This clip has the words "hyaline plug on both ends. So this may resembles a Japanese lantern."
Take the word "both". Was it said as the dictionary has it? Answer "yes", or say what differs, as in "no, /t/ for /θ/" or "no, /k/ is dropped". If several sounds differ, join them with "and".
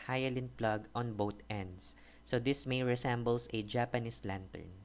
no, /t/ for /θ/